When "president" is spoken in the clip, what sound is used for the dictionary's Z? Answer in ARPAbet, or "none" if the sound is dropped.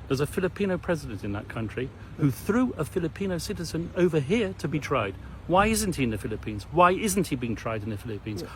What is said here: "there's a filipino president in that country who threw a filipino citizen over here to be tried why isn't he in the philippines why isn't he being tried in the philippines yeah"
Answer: Z